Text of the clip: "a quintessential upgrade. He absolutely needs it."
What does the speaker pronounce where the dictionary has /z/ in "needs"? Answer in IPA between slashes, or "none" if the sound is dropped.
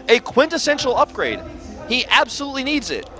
/z/